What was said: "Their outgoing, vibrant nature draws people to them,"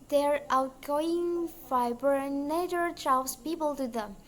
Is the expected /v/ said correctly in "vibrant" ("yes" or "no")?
no